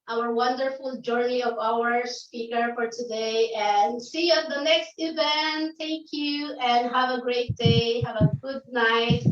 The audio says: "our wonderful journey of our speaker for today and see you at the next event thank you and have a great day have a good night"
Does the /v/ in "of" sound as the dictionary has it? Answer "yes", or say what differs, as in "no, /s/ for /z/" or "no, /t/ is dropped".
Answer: yes